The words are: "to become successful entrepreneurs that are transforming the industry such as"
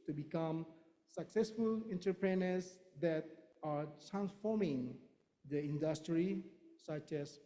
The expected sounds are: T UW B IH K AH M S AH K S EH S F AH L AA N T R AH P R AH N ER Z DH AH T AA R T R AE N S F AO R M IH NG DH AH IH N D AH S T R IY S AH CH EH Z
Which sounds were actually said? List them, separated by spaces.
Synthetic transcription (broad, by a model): T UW B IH K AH M S AH K S EH S F AH L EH N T AH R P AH N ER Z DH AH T AA R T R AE N S F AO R M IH NG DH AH IH N D AH S T R IY S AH CH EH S